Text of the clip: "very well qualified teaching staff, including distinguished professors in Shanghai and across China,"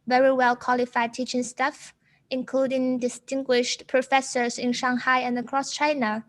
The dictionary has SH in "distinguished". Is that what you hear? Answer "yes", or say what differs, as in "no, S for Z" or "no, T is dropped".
yes